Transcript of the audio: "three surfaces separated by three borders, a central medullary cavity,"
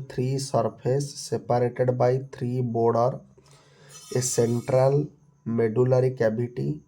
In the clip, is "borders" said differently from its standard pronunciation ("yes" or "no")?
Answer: yes